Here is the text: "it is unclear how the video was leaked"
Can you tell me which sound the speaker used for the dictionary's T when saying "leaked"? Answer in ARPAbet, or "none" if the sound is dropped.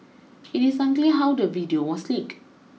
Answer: none